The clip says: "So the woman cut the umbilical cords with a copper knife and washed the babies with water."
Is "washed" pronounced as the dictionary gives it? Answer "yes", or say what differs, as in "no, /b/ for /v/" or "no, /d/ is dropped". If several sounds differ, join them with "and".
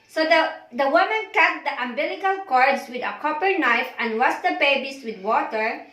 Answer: no, /s/ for /ʃ/